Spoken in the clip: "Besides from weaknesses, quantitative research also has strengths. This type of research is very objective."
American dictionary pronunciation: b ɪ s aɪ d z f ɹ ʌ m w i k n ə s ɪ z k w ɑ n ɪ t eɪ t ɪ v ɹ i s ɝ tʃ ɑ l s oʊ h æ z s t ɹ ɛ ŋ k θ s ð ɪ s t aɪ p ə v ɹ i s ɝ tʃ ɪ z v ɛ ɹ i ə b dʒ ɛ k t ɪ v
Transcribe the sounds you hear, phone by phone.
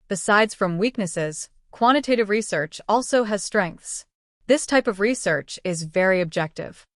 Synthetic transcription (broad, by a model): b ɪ s aɪ d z f ɹ ʌ m w i k n ə s ɪ z k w ɑ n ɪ t eɪ t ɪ v ɹ i s ɝ tʃ ɑ l s oʊ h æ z s t ɹ ɛ ŋ k θ s ð ɪ s t aɪ p ə v ɹ i s ɝ tʃ ɪ z v ɛ ɹ i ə b dʒ ɛ k t ɪ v